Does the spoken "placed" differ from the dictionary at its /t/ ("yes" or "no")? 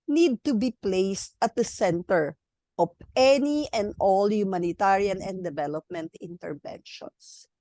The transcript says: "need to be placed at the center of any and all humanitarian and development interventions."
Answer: no